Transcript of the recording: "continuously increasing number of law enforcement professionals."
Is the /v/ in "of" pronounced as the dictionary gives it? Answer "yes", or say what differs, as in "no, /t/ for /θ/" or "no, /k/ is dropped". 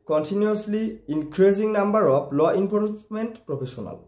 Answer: no, /p/ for /v/